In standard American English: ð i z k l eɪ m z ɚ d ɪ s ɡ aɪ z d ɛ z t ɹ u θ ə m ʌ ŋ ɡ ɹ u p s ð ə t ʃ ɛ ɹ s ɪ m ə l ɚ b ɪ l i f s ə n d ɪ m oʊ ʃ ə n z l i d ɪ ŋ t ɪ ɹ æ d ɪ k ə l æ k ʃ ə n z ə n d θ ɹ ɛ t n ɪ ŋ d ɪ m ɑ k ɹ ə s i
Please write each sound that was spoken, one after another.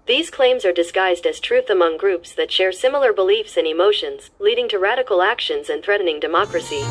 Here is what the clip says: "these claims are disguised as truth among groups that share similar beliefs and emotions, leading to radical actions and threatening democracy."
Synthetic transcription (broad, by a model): ð i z k l eɪ m z ɚ d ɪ s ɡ aɪ z d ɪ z t ɹ u θ ə m ʌ ŋ ɡ ɹ u p s ð ə t ʃ ɛ ɹ s ɪ m l ɚ b ɪ l i f s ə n ɪ m oʊ ʃ ə n z l i d ɪ ŋ t ɪ ɹ æ d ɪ k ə l æ k ʃ ə n z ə n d θ ɹ ɛ t n ɪ ŋ d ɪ m ɑ k ɹ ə s i